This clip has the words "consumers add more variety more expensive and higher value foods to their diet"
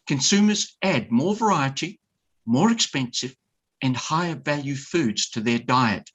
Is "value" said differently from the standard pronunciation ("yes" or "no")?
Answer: no